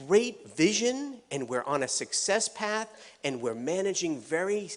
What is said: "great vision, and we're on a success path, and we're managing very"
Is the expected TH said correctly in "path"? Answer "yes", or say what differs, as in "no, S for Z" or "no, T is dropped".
yes